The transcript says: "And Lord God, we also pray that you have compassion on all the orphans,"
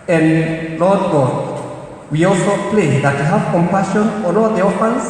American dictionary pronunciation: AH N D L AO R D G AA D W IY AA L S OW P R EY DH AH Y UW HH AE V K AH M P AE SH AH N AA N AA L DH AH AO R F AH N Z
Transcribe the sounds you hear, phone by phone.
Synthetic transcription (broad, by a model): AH N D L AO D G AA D W IY AA L S OW P L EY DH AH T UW HH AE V K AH M P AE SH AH N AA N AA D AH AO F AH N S